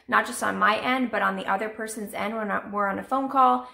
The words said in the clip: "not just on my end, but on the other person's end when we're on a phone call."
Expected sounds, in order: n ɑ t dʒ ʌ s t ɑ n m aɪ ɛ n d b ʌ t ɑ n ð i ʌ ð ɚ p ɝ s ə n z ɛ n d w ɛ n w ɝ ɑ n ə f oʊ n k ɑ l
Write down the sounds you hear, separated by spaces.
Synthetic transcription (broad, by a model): n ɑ t dʒ ʌ s t n m aɪ ɛ n d b ʌ t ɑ n ð i ʌ ð ɚ p ɝ s ə n z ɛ n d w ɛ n w ɝ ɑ n ə f oʊ n k ɑ l